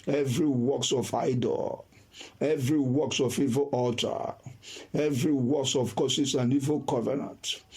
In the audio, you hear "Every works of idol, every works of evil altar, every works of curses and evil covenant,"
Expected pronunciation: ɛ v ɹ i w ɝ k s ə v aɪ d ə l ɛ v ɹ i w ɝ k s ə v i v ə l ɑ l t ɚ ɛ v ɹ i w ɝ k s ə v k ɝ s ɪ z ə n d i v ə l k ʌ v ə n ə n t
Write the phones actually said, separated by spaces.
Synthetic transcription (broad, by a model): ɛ v ɹ i w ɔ k s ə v aɪ d ə l ɛ v ɹ i w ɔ k s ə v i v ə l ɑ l t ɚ ɛ v ɹ i w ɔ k s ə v k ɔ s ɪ s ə n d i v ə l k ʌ v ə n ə n t